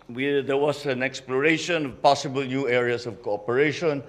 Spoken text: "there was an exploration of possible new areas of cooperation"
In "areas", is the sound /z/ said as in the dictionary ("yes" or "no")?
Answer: no